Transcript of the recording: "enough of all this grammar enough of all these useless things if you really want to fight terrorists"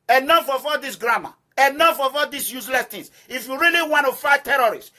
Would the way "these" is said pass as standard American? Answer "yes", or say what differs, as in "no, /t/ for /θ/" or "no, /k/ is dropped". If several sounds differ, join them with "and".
no, /s/ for /z/